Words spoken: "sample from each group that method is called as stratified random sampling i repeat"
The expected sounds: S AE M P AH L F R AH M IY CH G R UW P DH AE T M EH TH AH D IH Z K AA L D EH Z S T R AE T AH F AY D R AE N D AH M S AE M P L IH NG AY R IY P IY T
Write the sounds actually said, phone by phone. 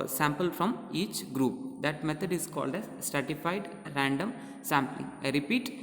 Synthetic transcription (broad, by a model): S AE M P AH L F R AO M IY CH G R UW P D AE T M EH T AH D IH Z K AA L D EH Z S T R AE T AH F AY D R AE N D AH M S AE M P L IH NG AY R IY P IY T